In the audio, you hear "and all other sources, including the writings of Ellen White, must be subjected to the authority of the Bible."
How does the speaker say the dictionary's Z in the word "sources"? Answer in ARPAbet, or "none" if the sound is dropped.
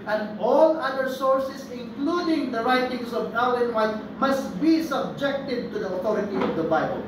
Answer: S